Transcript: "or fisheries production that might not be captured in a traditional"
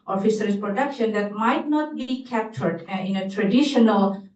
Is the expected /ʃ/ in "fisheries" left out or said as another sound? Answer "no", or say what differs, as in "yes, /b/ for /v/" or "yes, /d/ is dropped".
yes, /s/ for /ʃ/